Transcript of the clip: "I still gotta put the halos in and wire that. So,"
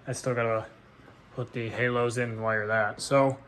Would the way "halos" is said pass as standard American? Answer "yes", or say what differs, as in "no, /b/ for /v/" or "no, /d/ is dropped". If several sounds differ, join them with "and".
yes